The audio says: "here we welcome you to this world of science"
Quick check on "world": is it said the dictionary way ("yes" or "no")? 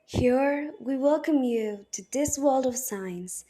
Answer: yes